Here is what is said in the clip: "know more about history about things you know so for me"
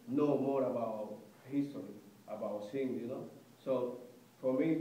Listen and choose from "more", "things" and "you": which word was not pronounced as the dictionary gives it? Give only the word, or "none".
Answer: things